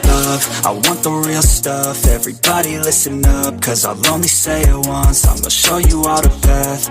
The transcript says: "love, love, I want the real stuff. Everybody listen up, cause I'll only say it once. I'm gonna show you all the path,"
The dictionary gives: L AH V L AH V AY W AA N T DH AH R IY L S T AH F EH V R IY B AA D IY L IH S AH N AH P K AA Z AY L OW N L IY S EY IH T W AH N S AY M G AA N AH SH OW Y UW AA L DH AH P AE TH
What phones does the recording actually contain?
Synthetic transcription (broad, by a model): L L AH V AY W AA N DH AH R IY L S T AH F EH V R IY B AA D IY L IH S AH N AH P K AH Z AY L OW N L IY S EY IH T W AH N S AY M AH SH OW Y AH AA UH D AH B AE TH